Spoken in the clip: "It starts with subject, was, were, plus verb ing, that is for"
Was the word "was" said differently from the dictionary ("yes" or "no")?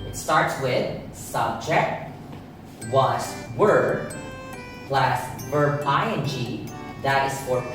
yes